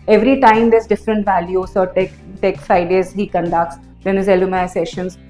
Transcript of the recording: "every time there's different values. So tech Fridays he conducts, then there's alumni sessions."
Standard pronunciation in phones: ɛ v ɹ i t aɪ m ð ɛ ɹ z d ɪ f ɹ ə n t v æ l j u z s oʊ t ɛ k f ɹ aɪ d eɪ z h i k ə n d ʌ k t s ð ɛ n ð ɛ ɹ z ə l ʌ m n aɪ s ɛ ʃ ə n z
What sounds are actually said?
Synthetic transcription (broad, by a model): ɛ v ɹ i t aɪ m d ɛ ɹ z d ɪ f ɹ ə n t v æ l j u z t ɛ t ɛ k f ɹ aɪ d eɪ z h i k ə n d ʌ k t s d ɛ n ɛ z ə l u m aɪ s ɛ ʃ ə n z